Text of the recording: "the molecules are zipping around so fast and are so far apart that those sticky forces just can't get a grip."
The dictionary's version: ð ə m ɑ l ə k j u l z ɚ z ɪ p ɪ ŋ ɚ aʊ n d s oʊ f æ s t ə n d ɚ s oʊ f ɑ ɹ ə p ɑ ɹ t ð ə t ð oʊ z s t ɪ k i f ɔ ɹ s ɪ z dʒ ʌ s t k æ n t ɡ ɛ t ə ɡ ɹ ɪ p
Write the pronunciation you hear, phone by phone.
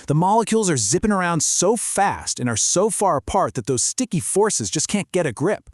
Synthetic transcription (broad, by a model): ð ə m ɑ l ə k j u l z ɚ z ɪ p ɪ ŋ ɚ aʊ n d s oʊ f æ s t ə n ɚ s oʊ f ɑ ɹ ə p ɑ ɹ t ð ə t ð oʊ z s t ɪ k i f ɔ ɹ s ɪ z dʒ ʌ s k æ n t ɡ ɛ t ə ɡ ɹ ɪ p